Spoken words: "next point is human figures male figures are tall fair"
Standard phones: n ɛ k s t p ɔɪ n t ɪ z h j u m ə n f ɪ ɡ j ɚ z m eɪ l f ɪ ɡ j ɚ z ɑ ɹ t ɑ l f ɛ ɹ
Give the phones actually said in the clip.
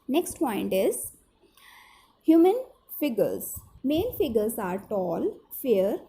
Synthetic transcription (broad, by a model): n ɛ k s t p ɔɪ n t ɪ z h j u m ə n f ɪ ɡ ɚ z m eɪ n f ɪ ɡ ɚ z ɑ ɹ t ɑ l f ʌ ɹ